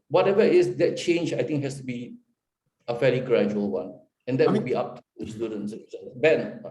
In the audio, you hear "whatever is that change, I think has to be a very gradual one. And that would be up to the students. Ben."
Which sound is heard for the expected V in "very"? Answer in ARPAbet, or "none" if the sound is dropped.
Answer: F